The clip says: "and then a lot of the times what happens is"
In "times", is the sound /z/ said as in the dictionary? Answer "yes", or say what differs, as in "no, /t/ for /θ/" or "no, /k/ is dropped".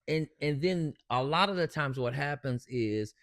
yes